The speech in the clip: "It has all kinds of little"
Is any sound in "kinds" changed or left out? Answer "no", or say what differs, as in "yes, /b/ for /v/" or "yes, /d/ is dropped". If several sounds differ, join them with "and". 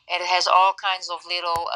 no